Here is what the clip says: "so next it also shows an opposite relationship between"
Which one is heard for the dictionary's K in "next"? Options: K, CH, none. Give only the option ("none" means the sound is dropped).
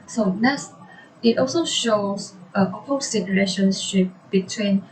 none